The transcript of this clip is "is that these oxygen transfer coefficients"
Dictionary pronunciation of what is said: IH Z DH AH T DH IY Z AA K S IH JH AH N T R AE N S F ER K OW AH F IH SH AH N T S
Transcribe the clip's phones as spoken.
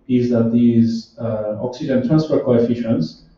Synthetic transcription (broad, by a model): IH Z DH AH T DH IY Z AA K S IH JH AH N T R AE N S F ER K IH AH F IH SH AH N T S